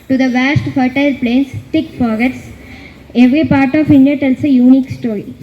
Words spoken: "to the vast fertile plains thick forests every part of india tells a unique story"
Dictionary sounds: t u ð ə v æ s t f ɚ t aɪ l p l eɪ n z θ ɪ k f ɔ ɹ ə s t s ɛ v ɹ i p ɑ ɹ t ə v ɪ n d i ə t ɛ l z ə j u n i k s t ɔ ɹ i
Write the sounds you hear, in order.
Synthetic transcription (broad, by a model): t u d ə v æ s t f ɚ t aɪ l p l eɪ n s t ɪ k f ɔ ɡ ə t s ɛ v ɹ i p ɑ ɹ t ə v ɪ n d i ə t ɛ l s ə j u n i k s t ɔ ɹ i